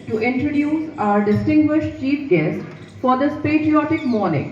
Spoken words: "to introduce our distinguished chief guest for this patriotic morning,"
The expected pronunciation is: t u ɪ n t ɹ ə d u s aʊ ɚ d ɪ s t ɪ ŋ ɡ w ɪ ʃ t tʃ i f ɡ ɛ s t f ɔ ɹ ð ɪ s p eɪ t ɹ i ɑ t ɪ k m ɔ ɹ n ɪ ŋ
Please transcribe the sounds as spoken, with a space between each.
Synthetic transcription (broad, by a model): t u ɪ n t ɹ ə d u s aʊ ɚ d ɪ s t ɪ ŋ ɡ w ɪ ʃ t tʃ i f ɡ ɛ s t f ɔ ɹ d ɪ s p eɪ t ɹ i ɑ t ɪ k m ɔ ɹ n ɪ ŋ